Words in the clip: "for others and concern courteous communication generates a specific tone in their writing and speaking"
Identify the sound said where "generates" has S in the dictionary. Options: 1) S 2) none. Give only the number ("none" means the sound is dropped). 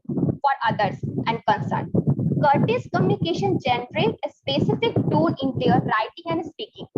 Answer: 2